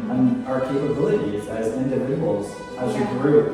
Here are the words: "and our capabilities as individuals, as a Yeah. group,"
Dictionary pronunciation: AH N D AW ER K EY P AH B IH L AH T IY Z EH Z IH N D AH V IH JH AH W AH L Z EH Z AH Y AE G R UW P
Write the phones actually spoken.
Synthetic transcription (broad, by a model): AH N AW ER K EY P AH B IH L AH T IY Z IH Z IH N D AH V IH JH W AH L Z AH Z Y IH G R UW